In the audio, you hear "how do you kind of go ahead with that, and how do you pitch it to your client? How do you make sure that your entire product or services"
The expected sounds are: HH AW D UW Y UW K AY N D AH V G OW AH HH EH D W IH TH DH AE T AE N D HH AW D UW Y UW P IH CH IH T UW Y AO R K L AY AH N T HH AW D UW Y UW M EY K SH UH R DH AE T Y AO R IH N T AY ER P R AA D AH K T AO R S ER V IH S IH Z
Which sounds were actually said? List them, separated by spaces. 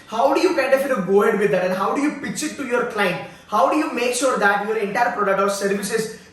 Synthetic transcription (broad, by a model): HH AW D UW Y UW K AY N D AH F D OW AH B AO D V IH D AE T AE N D HH AW D UW Y UW P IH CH IH T UW Y AO R K L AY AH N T HH AW D UW Y UW M EY K SH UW R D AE T Y AO R IH N T AY ER P R AA D AH K T AO R S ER V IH S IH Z